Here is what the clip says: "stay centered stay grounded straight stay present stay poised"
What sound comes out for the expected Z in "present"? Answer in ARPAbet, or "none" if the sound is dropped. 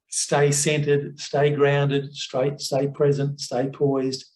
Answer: Z